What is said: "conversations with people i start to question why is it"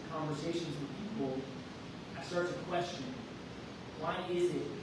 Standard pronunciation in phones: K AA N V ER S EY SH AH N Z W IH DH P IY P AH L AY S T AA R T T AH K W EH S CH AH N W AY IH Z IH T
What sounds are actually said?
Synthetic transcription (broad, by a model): K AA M V ER S EY SH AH N Z W IH DH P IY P L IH S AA R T S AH K W EH S CH AH N W AY IH Z IH T